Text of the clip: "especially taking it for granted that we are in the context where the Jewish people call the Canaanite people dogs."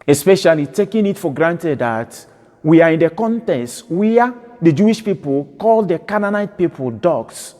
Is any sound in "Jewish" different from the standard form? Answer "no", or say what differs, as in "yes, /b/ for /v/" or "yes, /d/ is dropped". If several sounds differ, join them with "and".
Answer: no